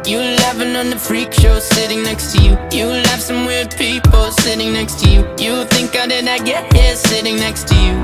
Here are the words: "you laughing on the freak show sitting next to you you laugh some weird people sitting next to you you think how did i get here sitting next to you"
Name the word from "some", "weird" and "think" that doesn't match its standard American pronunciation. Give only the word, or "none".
weird